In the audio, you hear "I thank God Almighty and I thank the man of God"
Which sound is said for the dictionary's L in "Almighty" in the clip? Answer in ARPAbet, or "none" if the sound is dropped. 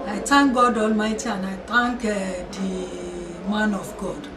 L